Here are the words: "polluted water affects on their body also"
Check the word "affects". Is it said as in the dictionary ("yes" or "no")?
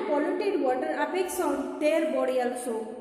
no